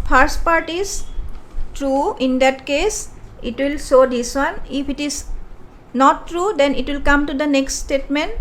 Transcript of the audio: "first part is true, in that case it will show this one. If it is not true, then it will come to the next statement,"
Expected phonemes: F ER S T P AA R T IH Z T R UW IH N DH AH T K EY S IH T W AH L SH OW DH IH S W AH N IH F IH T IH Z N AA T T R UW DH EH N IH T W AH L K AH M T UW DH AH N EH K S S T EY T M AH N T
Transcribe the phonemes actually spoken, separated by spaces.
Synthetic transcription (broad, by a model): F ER S T P AA R T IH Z T R UW IH N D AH T K EY S IH T W AH L S OW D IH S W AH N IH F IH T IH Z N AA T T R UW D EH N IH T W AH L K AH M T UW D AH N EH K S S T EY T M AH N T